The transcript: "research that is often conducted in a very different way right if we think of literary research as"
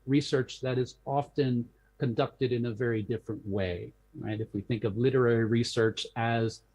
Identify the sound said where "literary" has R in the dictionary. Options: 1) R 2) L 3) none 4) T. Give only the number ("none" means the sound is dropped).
1